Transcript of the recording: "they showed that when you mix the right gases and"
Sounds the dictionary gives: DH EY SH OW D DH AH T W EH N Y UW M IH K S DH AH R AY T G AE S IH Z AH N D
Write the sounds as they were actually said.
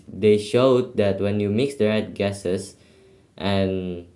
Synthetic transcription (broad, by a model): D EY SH OW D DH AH T W EH N Y UW M IH K S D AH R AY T G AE S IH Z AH N